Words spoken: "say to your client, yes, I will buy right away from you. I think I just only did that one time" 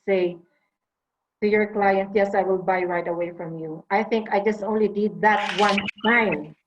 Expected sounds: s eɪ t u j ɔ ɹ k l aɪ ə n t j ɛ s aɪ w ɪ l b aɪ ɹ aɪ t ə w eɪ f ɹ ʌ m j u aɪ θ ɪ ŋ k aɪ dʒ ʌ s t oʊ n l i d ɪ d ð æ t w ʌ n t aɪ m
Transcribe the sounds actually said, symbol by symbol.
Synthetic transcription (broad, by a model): s eɪ t u j ɔ ɹ k l aɪ ə n t j ɛ s aɪ w ɪ l b aɪ ɹ aɪ t ə w eɪ f ɹ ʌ m j u aɪ θ ɪ ŋ k aɪ dʒ ʌ s t oʊ n l i d ɪ d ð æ t w ʌ n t aɪ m